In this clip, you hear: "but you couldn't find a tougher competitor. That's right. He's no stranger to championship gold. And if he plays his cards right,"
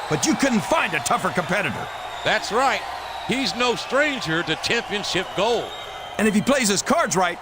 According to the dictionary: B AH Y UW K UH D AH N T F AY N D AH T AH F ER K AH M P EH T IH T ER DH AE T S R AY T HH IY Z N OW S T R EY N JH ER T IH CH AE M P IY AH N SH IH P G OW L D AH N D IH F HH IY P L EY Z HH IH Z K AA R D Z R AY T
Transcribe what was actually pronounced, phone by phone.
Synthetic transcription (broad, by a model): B AH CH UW K UH D N T F AY N D AH T AH F ER K AH M P EH T IH T ER DH AE T S R AY T HH IY Z N OW S T R EY N JH ER T IH CH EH M P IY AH N SH IH P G OW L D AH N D IH F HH IY P L EY Z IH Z K AA R D Z R AY T